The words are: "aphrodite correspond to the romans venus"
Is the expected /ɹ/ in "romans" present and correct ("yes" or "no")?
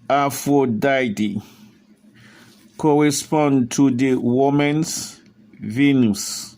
no